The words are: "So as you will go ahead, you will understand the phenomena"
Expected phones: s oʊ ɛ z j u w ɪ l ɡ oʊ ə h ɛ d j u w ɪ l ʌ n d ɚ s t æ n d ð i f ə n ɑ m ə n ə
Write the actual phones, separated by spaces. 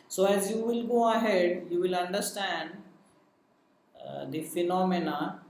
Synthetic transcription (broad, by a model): s oʊ ɛ z j u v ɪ l ɡ oʊ ə h ɛ d j u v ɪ l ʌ n d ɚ s t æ n d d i f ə n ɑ m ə n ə